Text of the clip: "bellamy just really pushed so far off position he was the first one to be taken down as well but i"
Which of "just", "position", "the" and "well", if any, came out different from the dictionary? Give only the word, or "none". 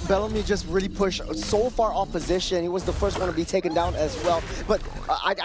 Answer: none